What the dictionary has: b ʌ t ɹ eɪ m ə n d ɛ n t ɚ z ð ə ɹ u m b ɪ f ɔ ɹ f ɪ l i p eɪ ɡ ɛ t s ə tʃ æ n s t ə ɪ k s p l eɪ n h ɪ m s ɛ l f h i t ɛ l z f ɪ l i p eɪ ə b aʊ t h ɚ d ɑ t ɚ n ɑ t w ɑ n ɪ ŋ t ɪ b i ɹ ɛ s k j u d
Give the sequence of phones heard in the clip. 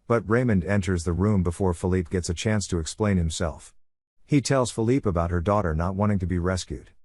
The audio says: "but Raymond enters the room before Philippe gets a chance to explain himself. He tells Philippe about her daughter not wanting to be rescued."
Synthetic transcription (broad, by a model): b ʌ t ɹ eɪ m ə n d ɛ n t ɚ z ð ə ɹ u m b ɪ f ɔ ɹ f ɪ l i p ɡ ɛ t s ə tʃ æ n s t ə ɪ k s p l eɪ n h ɪ m s ɛ l f h i t ɛ l z f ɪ l i p ə b aʊ t h ɚ d ɑ t ɚ n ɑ t w ɑ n ɪ ŋ t ɪ b i ɹ ɛ s k j u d